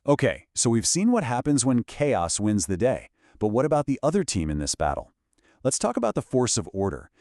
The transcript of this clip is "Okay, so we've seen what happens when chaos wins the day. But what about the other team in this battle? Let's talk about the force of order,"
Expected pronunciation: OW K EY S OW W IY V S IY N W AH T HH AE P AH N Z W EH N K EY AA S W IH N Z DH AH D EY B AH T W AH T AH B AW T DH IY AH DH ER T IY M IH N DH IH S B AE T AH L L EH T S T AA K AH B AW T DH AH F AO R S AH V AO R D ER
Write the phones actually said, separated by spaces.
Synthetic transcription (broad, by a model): OW K EY S OW W IY V S IY N W AH T HH AE P AH N Z W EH N K EY AA S W IH N Z DH AH D EY B AH T W AH T AH B AW T DH IY AH DH ER T IY M IH N DH IH S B AE T L L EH T S T AA K AH B AW T DH AH F AO R S AH V AO R D ER